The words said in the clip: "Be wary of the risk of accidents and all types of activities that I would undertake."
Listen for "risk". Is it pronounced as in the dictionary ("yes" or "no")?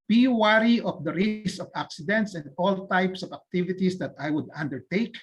no